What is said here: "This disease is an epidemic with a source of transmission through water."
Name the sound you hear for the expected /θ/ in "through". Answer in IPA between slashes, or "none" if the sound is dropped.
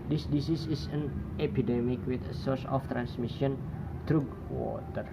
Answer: /t/